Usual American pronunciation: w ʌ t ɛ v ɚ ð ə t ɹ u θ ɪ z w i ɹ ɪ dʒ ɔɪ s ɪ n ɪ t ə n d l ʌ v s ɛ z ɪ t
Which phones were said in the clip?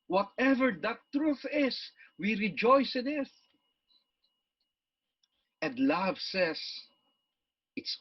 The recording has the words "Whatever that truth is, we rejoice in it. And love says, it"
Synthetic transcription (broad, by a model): w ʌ t ɛ v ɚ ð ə t ɹ u θ ɪ s w i ɹ ɪ dʒ ɔɪ s ɪ n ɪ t ə n d l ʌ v s ɛ s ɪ t